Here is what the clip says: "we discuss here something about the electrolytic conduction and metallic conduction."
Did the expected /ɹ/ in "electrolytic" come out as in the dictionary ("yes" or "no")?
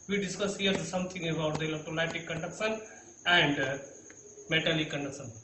no